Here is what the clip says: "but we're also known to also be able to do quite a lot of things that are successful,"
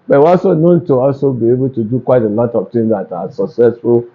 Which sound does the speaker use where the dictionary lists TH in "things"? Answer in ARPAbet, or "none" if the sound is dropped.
T